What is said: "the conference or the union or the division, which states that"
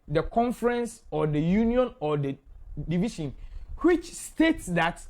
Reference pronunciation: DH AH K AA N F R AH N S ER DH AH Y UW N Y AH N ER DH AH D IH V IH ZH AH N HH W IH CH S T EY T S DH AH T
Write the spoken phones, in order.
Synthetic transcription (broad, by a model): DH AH K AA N F R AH N S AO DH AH Y UW N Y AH N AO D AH D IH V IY SH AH N HH W IH CH S T EY T S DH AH T